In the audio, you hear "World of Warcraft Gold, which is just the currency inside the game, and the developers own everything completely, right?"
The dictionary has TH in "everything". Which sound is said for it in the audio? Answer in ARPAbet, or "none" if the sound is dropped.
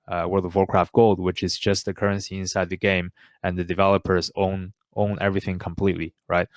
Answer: TH